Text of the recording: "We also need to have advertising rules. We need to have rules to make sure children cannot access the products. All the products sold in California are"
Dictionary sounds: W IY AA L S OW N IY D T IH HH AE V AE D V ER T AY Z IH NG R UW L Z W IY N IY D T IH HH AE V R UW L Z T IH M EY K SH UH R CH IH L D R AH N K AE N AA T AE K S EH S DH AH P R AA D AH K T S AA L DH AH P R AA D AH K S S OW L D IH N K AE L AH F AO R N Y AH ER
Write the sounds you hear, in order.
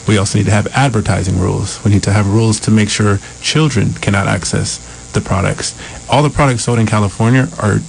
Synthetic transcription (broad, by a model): W IY AA L S OW N IY D T IH V AE D V ER T AY Z IH NG R UW L Z W IY N IY D T IH V R UW L Z T IH M EY K SH UH R CH IH L D R AH N K AE N AA T AE K S EH S DH AH P R AA D AH K T S AA L DH AH P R AA D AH K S S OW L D IH N K AE L AH F AO R N Y AH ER